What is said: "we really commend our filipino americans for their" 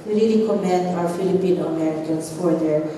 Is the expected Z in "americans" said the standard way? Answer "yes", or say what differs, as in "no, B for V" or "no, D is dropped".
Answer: no, S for Z